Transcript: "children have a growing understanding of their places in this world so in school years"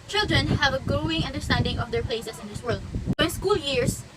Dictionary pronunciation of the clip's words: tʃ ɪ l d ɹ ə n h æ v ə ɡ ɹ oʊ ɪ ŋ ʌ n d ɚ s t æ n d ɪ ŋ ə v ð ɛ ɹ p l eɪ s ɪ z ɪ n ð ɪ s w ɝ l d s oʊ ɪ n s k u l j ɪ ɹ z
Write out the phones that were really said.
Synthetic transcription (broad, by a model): tʃ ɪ l d ɹ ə n h æ v ə ɡ ɹ oʊ ɪ ŋ ʌ n d ɚ s t æ n d ɪ ŋ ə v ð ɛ ɹ p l eɪ s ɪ s ɪ n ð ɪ s w ɝ l d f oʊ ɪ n s k u l j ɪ ɹ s